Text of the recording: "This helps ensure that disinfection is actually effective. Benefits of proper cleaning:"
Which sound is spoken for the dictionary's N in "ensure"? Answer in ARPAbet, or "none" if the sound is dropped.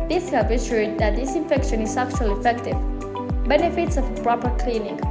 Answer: none